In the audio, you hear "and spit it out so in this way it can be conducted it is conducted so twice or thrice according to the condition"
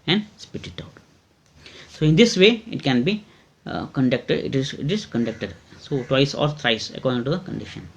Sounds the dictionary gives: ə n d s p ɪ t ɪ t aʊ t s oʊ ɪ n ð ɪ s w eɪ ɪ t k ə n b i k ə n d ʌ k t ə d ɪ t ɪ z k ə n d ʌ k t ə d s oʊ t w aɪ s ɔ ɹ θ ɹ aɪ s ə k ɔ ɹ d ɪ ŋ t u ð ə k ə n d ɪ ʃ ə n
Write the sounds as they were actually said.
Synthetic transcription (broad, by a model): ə n d s p ɪ t ɪ t aʊ t s oʊ ɪ n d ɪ s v eɪ ɪ t k ə n b i k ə n d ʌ k t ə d ɪ t ɪ z k ə n d ʌ k t ə d s oʊ t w aɪ s ɔ ɹ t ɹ aɪ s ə k ɔ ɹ d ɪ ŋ t u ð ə k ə n d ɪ ʃ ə n